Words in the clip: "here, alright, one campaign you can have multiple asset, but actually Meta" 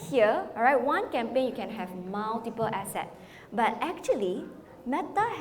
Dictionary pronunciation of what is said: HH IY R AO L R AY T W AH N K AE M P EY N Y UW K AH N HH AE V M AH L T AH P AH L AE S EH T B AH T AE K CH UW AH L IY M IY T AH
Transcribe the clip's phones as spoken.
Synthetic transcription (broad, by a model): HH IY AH R AY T W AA N K AE M P EY N Y UW K AH N HH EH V M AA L T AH P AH L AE S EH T B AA T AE K CH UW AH L IY M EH T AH